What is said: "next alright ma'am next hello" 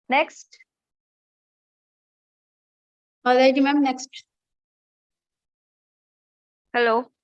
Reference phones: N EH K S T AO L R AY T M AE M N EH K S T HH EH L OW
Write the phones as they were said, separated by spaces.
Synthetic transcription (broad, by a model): N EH K S T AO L AY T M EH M N EH K S T HH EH L OW